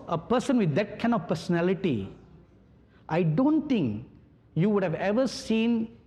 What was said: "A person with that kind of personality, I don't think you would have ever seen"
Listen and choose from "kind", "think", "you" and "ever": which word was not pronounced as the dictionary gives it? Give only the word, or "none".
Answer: think